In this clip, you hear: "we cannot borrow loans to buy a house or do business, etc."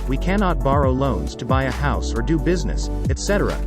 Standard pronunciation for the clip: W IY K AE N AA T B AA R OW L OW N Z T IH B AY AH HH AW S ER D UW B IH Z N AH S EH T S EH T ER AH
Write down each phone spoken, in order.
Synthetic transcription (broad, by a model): W IY K AE N AA T B AA R OW L OW N Z T IH B AY AH HH AW S ER D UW B IH Z N AH S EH T S EH T ER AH